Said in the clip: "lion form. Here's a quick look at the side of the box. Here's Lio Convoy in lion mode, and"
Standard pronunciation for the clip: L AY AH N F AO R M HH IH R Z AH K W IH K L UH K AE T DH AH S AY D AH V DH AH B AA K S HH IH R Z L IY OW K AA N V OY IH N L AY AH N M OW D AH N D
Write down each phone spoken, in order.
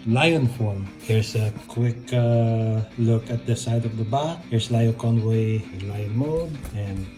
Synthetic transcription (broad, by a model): L AY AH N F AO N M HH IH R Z AH K W IH K L UH K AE T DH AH S AY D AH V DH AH B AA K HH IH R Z L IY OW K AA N W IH IH N L AY AH N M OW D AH N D